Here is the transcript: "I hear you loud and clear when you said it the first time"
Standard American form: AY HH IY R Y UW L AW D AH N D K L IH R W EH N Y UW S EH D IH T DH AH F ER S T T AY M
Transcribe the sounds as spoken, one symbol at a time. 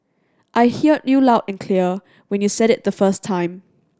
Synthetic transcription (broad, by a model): AY HH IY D Y UW L AW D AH N K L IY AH W EH N Y UW S EH D IH T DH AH F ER S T T AY M